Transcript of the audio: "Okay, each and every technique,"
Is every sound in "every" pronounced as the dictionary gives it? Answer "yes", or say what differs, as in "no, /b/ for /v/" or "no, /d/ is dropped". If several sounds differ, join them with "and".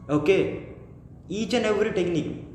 no, /v/ is dropped